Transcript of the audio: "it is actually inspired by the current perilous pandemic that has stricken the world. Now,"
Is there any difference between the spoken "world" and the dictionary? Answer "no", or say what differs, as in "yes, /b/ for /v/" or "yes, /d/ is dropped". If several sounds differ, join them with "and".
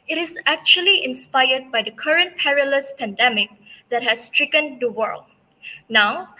no